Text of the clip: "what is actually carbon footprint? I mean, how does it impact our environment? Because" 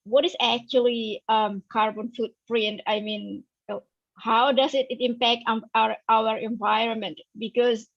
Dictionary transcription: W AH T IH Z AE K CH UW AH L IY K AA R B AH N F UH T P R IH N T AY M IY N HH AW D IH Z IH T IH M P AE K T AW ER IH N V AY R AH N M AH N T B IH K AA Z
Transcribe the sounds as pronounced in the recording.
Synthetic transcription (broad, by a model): W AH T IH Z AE K CH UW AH L IY K AA R B AH N F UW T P R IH N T AY M IY N HH AW D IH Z IH T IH M P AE K T AW ER IH N V AY R AH N M AH N T B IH K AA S